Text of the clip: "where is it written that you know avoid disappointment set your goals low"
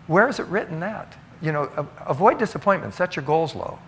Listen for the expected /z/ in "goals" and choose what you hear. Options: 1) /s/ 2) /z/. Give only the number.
2